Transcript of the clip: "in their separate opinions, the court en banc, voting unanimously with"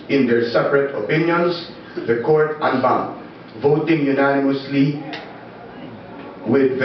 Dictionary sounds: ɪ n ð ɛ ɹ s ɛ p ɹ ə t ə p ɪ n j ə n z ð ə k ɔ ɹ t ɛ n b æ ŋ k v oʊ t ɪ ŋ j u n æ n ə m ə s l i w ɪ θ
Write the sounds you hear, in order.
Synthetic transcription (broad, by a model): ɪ n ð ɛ ɹ s ɛ p ɹ ə t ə p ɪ n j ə n s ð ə k ɔ ɹ t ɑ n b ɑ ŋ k v oʊ t ɪ ŋ j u n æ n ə m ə s l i w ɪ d